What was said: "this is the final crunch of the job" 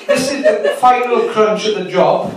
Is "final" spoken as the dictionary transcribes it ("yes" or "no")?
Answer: no